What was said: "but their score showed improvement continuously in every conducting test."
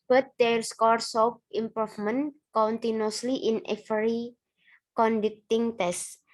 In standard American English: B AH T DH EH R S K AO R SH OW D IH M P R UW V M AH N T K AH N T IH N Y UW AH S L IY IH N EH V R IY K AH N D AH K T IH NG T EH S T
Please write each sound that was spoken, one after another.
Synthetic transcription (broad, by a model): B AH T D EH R S K AO R S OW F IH M P R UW F M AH N K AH N T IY N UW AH S L IY IH N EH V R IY K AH N D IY K T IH NG T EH S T